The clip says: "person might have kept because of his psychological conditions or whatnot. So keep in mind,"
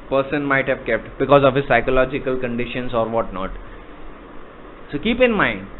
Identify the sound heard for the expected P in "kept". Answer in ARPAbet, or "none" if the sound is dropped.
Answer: P